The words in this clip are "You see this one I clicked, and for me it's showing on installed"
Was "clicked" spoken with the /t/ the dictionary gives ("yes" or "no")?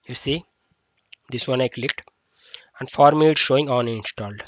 yes